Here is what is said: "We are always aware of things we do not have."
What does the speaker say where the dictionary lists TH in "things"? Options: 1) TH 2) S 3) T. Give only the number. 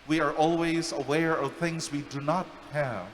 1